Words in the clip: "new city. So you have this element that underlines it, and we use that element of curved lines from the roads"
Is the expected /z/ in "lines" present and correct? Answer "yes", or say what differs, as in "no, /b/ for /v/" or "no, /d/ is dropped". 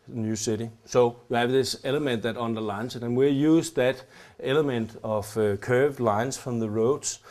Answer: no, /s/ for /z/